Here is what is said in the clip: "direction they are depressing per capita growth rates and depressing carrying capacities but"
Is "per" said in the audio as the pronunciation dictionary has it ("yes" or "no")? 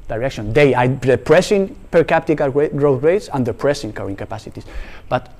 yes